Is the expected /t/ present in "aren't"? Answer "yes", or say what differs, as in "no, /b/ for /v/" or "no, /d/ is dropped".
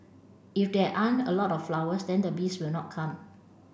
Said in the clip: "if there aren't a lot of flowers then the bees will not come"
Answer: no, /t/ is dropped